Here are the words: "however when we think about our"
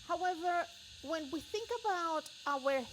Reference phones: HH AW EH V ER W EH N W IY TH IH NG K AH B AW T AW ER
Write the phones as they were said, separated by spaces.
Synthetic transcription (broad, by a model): HH AW EH V ER W EH N W IY TH IH NG K AH B AW T AW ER